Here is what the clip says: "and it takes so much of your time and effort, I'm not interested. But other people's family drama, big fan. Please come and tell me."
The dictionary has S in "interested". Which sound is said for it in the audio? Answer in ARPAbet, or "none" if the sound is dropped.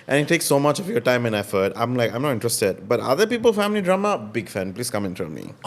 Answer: S